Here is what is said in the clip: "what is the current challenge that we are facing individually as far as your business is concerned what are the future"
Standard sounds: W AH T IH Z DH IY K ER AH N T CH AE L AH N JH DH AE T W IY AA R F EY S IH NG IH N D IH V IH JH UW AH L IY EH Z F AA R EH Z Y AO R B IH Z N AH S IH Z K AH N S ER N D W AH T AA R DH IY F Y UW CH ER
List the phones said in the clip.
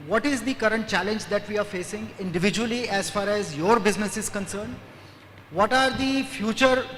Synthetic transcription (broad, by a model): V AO T IH Z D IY K ER AH N T CH AE L AH N JH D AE T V IY AA R F EY S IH NG IH N D IH V IH JH UW AH L IY EH Z F AA R EH Z Y AO R B IH Z N AH S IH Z K AH N S ER N D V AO T AA R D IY F Y UW CH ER